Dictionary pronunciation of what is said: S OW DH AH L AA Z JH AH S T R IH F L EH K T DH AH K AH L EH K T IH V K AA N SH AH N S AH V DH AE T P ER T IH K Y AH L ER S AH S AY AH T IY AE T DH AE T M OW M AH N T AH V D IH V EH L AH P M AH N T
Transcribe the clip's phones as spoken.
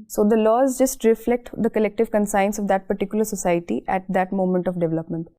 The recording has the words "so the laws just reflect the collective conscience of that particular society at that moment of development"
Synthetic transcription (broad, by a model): S OW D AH L AA Z JH AH S T R IH F L EH K T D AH K AH L EH K T IH V K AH N S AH N S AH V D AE T P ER T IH K Y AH L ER S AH S AY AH T IY AE T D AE T M OW M AH N T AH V D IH V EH L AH P M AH N T